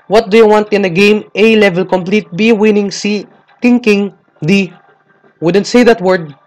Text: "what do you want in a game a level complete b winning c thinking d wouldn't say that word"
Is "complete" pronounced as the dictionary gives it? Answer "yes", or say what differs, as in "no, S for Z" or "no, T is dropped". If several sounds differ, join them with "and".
yes